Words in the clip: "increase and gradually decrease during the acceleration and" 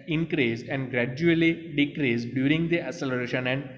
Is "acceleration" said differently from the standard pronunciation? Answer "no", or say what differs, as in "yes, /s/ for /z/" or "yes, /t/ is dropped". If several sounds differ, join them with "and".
yes, /k/ is dropped